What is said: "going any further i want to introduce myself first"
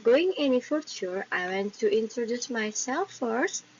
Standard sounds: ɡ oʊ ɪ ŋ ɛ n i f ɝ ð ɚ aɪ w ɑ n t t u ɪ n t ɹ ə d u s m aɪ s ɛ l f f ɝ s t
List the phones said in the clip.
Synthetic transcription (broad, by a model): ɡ oʊ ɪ ŋ ɛ n i f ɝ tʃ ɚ aɪ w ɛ n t t u ɪ n t ɹ ə d u s m aɪ s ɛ l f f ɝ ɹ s